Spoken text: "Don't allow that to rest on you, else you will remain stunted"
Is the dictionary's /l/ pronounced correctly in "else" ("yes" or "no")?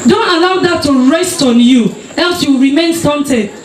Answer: yes